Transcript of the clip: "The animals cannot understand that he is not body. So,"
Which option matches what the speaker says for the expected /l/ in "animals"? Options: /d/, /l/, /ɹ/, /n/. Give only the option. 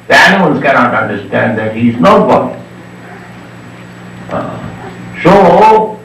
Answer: /n/